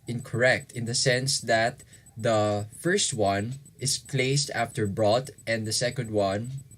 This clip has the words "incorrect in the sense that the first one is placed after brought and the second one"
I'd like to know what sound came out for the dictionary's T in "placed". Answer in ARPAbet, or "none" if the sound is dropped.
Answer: T